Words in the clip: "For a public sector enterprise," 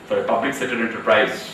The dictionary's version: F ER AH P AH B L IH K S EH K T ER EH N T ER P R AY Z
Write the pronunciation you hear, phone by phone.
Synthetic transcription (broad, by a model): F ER AH P AH B L IH K S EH T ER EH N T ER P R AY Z